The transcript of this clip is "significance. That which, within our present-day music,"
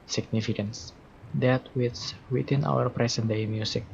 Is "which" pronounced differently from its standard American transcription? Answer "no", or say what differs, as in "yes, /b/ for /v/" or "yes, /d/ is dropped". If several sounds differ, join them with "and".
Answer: yes, /s/ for /tʃ/